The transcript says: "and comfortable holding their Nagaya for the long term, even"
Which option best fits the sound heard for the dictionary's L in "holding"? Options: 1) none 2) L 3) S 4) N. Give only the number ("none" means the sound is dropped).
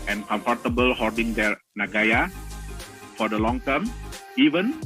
1